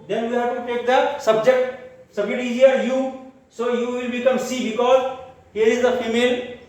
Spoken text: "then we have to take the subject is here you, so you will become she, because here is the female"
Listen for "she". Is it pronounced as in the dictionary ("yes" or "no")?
no